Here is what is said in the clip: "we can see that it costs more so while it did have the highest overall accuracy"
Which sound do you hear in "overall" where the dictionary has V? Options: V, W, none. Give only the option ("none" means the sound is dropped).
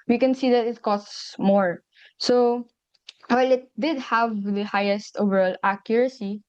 V